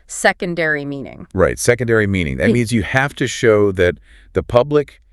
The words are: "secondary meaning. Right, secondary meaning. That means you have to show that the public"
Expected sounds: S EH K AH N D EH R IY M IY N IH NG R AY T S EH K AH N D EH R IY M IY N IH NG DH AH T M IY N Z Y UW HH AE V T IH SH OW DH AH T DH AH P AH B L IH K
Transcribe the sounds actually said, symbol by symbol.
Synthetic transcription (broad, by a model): S EH K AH N D EH R IY M IY N IH NG R AY T S EH K AH N D EH R IY M IY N IH NG DH AH T M IY N Z Y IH HH AE F T IH SH OW DH AH T DH AH P AH B L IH K